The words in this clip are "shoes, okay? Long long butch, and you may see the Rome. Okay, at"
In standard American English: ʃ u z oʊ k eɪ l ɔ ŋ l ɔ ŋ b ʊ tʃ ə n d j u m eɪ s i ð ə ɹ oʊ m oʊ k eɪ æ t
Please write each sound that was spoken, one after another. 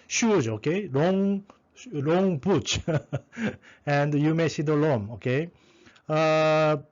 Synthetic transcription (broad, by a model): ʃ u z oʊ k eɪ l ɔ ŋ l ɔ ŋ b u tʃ ə n d j u m eɪ s i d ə l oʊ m oʊ k eɪ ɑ